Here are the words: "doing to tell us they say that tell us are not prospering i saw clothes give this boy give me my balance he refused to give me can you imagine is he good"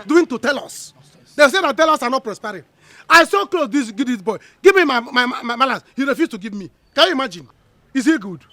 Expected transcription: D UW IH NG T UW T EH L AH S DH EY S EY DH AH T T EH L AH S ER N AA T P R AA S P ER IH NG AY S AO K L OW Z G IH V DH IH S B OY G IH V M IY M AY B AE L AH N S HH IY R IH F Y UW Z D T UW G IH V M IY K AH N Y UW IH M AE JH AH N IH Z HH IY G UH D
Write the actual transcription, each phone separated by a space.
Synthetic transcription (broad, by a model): D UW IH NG T UW T EH L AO S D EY S EY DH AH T T EH L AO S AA N AA T P R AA S P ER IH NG AY S AO K L OW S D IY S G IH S B OY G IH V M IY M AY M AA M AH L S HH IY R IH F Y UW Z T UW G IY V M IY K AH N Y UW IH M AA JH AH N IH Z HH IY G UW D